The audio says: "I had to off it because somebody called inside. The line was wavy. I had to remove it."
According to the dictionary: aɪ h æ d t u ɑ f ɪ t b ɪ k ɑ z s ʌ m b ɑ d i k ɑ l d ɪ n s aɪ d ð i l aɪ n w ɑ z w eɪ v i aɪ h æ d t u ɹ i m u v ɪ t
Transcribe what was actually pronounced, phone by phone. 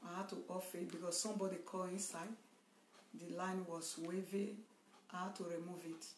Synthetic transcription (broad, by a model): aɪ h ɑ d t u ɑ f ɪ t b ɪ k ɑ s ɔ m b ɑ d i k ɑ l ɪ n s aɪ d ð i l aɪ n w ɑ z w eɪ v i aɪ h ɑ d t u ɹ i m u v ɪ t